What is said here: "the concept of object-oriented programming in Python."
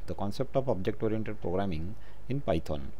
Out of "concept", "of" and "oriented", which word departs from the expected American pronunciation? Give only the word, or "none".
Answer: of